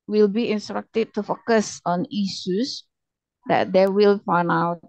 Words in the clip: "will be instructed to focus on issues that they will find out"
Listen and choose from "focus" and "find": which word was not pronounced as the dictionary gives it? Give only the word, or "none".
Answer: find